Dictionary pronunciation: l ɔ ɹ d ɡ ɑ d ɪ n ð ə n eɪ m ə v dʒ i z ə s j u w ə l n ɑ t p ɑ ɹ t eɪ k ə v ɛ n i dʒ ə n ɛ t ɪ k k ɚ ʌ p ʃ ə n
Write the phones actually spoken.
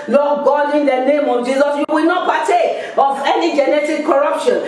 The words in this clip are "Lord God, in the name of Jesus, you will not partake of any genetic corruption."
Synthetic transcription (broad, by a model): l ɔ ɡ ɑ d ɪ n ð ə n eɪ m ə v dʒ i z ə s j u w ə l n ɑ t b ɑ t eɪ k ə v ɛ n i dʒ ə n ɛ t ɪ k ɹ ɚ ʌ p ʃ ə n